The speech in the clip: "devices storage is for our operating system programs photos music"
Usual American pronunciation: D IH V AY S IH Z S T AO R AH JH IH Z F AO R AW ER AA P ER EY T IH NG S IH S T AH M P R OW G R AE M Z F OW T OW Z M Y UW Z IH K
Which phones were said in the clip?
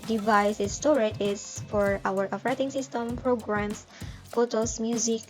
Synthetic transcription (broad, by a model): D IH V AY S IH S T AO R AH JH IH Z F AO R AW ER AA F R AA T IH NG S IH S T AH M P R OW G R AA M S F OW T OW S M Y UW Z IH K